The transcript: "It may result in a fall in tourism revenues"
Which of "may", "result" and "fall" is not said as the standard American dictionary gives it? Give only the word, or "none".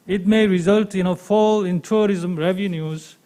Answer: none